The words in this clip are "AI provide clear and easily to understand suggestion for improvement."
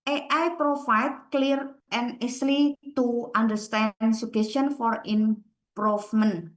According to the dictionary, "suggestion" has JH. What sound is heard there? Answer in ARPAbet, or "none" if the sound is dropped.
none